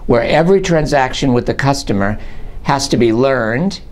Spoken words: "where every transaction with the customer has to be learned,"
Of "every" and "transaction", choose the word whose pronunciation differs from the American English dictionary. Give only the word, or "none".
none